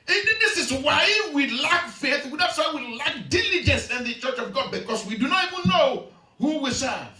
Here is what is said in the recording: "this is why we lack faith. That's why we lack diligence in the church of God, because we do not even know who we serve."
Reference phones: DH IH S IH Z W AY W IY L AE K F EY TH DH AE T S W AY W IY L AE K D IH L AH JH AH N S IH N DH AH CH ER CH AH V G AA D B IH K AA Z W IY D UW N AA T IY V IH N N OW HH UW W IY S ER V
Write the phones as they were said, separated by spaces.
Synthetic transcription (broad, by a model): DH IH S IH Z W AY W IY L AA K F EY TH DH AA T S W AY W IY L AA K D IH L AH JH AH N S IH N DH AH CH ER CH AH V G AA D B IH K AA S W IY D UW N AA T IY V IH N N OW HH UW W IY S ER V